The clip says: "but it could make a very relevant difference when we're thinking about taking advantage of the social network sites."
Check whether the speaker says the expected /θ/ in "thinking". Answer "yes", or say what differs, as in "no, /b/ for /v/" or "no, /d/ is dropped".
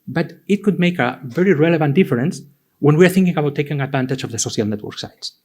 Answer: yes